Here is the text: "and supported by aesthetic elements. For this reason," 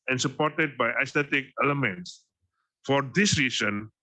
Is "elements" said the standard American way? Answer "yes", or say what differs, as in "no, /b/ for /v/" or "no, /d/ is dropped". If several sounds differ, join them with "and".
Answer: yes